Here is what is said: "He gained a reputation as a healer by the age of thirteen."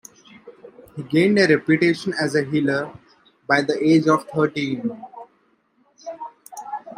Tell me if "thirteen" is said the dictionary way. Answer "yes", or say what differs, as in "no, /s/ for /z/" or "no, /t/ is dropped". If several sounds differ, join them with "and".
no, /t/ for /θ/